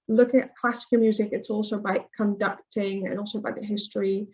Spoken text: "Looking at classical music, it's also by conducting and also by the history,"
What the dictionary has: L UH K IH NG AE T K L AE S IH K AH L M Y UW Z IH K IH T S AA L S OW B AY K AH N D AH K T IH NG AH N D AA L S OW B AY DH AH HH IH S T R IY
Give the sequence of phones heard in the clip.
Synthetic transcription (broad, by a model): L UH K IH NG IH T K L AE S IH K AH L M Y UW Z IH K IH T S AA L S OW B AY K AH N D AH K T IH NG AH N AA L S OW B AY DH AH HH IH S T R IY